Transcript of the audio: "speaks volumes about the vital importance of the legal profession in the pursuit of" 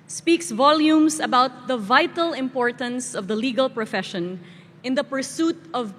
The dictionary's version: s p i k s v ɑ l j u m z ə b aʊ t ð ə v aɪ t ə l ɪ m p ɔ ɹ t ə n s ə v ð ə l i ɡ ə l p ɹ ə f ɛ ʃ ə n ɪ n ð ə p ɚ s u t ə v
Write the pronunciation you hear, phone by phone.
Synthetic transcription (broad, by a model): s p i k s v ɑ l j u m s ə b aʊ t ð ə v aɪ t ə l ɪ m p ɔ ɹ t ə n s ə v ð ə l i ɡ ə l p ɹ ə f ɛ ʃ ə n ɪ n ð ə p ɚ s u t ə v